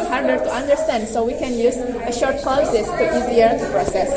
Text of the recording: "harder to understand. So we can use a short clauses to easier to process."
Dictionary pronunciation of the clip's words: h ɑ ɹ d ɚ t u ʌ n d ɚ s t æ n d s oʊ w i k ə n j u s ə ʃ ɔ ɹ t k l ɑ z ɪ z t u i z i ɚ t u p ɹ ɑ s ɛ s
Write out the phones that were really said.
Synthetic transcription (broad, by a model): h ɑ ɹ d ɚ t u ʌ n d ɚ s t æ n d s oʊ w i k ə n j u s ə ʃ ɔ ɹ t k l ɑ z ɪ s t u i z i ɚ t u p ɹ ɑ s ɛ s